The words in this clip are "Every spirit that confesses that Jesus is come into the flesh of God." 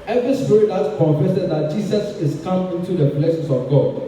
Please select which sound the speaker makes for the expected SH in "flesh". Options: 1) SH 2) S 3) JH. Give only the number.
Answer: 2